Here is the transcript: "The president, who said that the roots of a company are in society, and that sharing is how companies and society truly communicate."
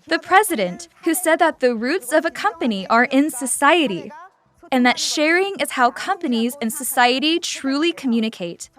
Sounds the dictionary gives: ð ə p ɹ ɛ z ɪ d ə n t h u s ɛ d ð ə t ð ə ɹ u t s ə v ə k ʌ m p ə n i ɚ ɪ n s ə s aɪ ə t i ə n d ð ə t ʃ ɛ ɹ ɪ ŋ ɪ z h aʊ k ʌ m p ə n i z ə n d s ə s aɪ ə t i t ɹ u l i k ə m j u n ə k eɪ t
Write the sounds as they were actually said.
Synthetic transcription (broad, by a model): ð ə p ɹ ɛ z ɪ d ə n t h u s ɛ d ð ə t ð ə ɹ u t s ə v ə k ʌ m p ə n i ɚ ɪ n s ə s aɪ ə t i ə n ð ə t ʃ ɛ ɹ ɪ ŋ ɪ z h aʊ k ʌ m p ə n i z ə n s ə s aɪ ə t i t ɹ u l i k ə m j u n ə k eɪ t